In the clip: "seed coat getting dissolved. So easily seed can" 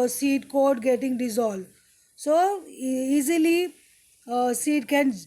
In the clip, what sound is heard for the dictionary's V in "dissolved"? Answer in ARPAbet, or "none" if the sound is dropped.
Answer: none